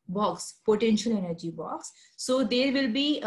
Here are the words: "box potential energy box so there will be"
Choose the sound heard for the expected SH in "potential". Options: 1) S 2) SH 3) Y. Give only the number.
2